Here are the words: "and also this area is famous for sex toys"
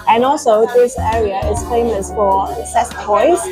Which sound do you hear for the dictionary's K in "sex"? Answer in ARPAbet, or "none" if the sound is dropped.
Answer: none